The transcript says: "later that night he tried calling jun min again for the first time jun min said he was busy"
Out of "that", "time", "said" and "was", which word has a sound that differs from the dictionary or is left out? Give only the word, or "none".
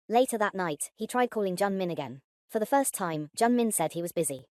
none